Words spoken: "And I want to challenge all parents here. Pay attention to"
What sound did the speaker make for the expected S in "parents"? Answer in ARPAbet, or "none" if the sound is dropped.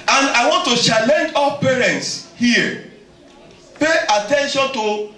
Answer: S